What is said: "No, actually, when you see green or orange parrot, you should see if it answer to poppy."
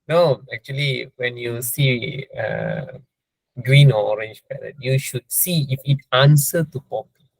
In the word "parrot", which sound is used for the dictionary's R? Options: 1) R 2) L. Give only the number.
2